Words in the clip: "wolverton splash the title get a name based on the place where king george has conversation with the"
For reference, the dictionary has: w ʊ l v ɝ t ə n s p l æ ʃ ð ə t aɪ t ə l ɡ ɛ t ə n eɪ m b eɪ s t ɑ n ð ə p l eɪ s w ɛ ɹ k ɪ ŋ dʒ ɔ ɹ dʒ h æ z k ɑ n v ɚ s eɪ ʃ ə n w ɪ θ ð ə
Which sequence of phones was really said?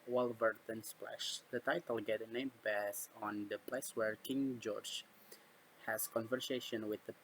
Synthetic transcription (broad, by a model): w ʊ l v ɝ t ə n s p l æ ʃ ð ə t aɪ t ə l ɡ ɛ t ə n eɪ m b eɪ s ɑ n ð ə p l eɪ s w ɛ ɹ k ɪ ŋ dʒ ɔ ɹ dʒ h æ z k ɑ n v ɚ s eɪ ʃ ə n w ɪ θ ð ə